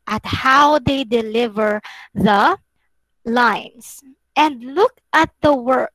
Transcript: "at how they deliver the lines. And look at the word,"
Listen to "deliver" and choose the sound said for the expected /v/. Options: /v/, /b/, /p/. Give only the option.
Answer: /v/